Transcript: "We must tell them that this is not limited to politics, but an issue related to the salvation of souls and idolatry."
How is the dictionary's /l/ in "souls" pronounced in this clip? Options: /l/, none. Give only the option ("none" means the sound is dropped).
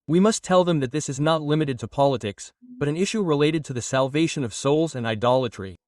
/l/